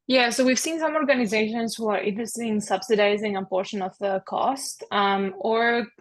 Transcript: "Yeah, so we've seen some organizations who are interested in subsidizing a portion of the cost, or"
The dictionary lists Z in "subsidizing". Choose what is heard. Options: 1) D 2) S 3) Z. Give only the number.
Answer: 3